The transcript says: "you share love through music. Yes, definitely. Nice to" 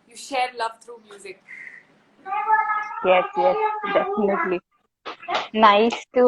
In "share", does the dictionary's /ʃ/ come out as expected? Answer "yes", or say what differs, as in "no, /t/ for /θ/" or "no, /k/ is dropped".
yes